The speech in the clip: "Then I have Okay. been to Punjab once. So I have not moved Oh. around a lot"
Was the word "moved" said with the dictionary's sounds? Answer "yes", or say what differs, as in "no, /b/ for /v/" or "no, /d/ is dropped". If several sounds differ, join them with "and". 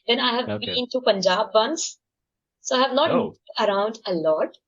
no, /v/ is dropped